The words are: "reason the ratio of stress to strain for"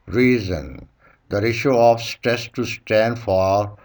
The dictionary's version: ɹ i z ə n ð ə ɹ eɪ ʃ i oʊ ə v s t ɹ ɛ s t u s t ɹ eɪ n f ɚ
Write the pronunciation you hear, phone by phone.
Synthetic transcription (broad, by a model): ɹ i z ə n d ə ɹ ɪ ʃ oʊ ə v s t ɹ ɛ s t u s t eɪ n f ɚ